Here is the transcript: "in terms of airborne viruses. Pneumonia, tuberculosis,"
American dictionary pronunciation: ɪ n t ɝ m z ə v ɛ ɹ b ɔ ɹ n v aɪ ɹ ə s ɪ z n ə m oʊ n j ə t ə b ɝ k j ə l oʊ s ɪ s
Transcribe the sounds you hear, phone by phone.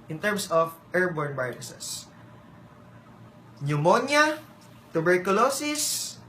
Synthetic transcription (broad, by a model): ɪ n t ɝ m s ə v ɛ ɹ b ɔ ɹ n b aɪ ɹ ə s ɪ s n ə m oʊ n j ə t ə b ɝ k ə l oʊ s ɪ s